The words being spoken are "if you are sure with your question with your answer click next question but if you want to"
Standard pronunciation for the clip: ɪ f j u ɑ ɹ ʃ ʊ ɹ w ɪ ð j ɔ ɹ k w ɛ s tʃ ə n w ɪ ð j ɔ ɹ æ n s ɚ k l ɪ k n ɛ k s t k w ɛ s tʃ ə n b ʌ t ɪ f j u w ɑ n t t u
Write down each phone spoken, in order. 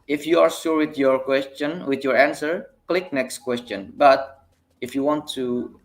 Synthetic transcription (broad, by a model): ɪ f j u ɑ ɹ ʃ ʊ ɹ w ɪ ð j ɔ ɹ k w ɛ s tʃ ə n w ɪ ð j ɔ ɹ æ n s ɚ k l ɪ k n ɛ k s t k w ɛ s tʃ ə n b ʌ t ɪ f j u w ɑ n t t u